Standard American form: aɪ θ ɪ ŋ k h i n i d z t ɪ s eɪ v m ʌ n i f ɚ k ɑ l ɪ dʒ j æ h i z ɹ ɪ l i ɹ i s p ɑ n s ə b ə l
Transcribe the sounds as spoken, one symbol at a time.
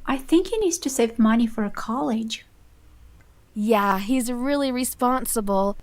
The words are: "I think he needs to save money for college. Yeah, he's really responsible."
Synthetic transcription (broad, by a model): aɪ θ ɪ ŋ k h i n i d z t ɪ s eɪ v m ʌ n i f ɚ k ɑ l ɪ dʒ j æ h i z ɹ ɪ l i ɹ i s p ɑ n s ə b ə l